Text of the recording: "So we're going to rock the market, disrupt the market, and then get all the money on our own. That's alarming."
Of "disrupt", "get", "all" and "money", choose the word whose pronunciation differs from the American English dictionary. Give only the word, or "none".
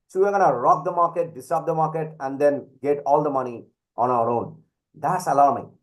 disrupt